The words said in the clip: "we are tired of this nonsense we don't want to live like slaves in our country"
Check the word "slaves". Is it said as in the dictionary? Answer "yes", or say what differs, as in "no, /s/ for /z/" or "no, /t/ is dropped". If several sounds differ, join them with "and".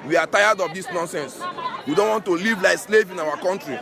no, /z/ is dropped